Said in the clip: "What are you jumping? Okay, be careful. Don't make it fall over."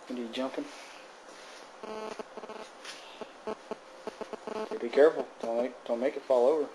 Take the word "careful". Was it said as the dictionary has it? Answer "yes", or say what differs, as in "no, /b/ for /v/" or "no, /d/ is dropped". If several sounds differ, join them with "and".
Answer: no, /n/ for /l/